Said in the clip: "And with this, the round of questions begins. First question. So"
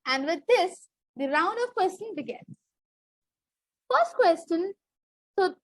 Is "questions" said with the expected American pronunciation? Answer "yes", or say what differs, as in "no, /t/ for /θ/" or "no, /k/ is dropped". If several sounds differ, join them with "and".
no, /tʃ/ is dropped and /z/ is dropped